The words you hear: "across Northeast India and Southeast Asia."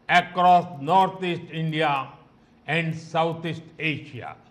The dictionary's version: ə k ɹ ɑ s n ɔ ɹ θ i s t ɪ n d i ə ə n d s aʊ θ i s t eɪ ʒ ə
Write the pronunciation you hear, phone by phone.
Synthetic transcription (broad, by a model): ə k ɹ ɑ s n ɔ ɹ t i s t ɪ n d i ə ə n d s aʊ t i s t eɪ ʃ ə